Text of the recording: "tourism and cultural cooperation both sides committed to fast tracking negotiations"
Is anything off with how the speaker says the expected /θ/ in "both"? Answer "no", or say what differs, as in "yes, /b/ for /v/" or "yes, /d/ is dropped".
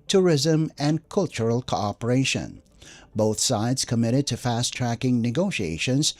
no